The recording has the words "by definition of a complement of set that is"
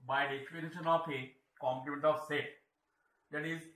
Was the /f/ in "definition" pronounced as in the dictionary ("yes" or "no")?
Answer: no